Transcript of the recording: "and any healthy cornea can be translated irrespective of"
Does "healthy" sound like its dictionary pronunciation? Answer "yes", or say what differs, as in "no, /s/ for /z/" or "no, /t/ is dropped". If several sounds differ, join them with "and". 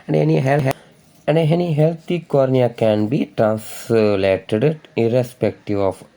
no, /t/ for /θ/